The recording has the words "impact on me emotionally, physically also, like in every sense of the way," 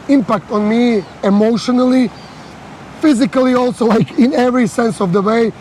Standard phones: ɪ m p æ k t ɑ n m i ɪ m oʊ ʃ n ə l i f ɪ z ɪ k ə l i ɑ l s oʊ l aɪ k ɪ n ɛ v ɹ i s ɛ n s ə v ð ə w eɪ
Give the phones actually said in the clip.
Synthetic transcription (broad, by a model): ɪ m p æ k t ɑ n m i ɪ m oʊ ʃ n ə l i f ɪ z ɪ k ə l i ɑ l s oʊ l aɪ k ɪ n ɛ v ɹ i s ɛ n s ə v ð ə w eɪ